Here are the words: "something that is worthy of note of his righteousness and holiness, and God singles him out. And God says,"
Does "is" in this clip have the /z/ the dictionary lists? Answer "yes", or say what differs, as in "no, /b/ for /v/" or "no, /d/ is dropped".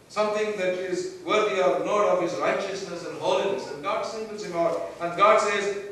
yes